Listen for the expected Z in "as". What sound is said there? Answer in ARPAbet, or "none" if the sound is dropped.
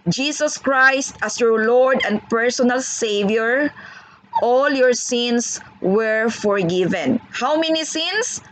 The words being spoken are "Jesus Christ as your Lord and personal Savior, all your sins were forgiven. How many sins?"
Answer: S